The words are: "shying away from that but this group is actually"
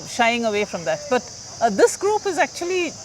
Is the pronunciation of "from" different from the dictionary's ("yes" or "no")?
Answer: no